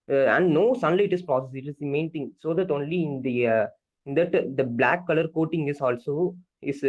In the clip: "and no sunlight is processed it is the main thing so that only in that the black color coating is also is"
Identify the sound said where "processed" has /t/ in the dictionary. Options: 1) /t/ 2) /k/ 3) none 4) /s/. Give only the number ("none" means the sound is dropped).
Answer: 3